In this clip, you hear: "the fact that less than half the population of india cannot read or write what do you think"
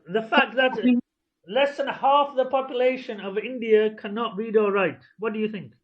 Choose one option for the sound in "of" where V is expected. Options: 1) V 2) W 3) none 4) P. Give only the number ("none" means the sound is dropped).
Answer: 1